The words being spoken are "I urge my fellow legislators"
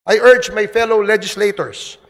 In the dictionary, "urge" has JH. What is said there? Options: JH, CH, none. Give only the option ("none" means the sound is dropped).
JH